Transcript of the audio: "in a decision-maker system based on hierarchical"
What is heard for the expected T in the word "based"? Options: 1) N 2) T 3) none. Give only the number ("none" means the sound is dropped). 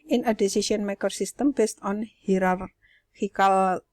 2